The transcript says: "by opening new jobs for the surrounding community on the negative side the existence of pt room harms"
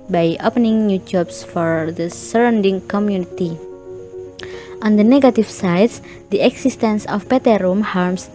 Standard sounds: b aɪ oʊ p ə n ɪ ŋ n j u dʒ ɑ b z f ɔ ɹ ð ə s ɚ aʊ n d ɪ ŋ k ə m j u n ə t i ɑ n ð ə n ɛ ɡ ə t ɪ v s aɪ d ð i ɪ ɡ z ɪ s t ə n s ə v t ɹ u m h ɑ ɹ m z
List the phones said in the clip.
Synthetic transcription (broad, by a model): b aɪ oʊ p ə n ɪ ŋ n j u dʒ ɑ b s f ɔ ɹ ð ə s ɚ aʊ n d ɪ ŋ k ə m j u n ə t i ɑ n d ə n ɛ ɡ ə t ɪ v s aɪ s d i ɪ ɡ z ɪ s t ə n s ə p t ɹ u m h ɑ ɹ m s